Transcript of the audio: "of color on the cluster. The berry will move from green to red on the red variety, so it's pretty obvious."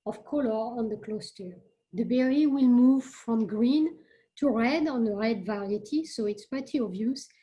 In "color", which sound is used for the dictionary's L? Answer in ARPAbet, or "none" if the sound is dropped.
L